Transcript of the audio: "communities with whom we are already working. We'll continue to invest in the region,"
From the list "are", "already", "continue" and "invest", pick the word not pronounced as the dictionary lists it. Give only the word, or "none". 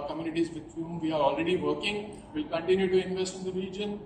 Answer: none